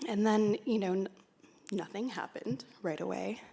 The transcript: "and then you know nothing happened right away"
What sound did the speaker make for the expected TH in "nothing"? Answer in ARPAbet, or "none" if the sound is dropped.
TH